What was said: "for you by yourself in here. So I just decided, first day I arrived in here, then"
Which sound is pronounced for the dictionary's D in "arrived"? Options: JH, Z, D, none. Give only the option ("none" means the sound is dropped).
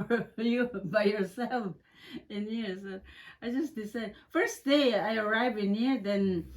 none